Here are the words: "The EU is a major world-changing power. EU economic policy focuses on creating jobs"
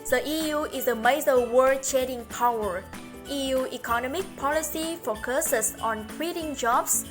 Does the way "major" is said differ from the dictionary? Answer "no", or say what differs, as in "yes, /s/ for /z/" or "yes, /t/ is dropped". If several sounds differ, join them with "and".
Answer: yes, /z/ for /dʒ/